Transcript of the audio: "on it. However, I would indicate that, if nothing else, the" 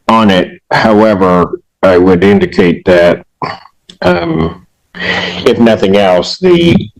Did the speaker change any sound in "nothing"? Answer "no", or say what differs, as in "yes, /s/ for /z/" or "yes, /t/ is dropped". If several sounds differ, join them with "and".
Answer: no